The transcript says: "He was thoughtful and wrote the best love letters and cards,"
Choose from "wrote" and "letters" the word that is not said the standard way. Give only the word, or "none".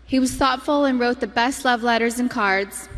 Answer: none